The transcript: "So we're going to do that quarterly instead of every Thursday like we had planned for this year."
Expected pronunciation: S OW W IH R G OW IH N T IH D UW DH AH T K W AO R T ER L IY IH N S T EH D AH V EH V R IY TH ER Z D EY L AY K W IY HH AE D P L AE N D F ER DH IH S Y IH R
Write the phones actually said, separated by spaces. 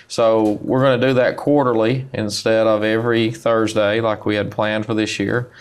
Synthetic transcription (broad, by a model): S OW W IH R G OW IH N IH D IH DH AH T K W AO R T ER L IY IH N S T EH D AH V EH V R IY TH ER Z D EY L AY K W IY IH D P L AE N D F ER DH IH S Y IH R